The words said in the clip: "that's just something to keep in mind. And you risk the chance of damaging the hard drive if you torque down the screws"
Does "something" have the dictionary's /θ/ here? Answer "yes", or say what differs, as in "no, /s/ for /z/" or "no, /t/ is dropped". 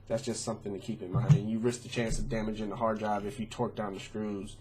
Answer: yes